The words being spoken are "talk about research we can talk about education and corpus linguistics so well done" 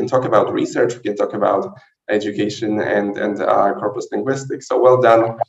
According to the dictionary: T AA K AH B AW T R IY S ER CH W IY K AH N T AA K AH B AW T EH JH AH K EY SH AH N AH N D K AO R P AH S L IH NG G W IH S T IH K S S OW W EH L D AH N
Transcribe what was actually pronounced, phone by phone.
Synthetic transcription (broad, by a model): T AA K AH B AW T R IY S ER CH W IY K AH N T AA K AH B AW T EH JH AH K EY SH AH N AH N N K AO R P AH S L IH NG G W IH S T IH K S S OW W EH L D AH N